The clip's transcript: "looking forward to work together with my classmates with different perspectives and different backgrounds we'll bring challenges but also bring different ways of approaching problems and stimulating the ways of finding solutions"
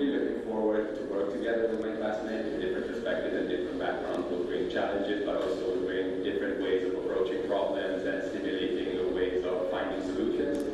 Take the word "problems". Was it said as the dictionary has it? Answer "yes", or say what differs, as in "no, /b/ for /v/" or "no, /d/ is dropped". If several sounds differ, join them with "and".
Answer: yes